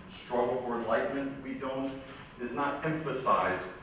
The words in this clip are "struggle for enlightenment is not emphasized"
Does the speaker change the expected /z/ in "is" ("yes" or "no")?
no